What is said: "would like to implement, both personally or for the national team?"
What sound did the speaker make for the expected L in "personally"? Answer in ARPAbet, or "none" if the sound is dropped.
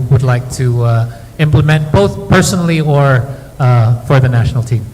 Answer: L